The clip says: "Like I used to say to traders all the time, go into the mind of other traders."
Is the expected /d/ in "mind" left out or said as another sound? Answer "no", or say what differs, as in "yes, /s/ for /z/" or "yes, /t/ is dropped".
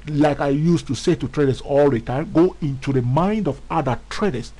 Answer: no